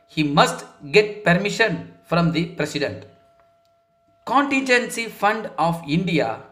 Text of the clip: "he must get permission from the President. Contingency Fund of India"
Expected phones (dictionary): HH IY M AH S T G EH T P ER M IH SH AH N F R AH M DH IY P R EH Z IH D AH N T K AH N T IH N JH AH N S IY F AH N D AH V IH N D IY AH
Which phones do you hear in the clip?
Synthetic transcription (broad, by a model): HH IY M AH S T G EH T P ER M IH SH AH N F R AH M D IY P R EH S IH D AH N T K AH N T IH N JH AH N S IY F AH N D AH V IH N D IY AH